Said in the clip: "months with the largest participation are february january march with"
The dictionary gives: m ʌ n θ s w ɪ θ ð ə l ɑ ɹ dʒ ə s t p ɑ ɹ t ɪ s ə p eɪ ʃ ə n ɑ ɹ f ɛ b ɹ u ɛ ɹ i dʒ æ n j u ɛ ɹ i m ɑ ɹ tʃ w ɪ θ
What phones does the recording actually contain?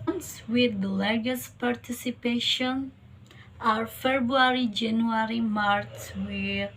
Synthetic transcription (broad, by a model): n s w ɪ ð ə l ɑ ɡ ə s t p ɑ ɹ t ɪ s ə p eɪ ʃ ə n ɑ ɹ f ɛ b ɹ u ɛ ɹ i dʒ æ n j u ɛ ɹ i m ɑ ɹ s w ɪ